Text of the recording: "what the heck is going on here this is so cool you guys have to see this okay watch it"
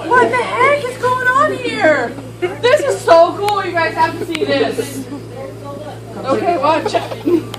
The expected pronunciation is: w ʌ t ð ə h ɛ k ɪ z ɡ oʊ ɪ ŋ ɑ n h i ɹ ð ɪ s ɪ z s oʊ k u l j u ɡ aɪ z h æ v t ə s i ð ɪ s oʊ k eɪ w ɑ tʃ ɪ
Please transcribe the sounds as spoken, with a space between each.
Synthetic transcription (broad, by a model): w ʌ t ð ə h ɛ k ɪ z ɡ oʊ ɪ ŋ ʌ n h i ɹ ð ɪ s ɪ z s oʊ k u l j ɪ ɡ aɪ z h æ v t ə s i ð ɪ s oʊ k eɪ w ɑ tʃ